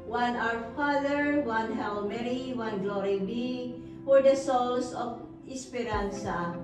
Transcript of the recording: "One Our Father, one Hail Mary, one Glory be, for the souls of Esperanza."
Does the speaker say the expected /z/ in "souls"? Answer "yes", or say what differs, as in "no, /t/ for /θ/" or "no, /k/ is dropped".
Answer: no, /s/ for /z/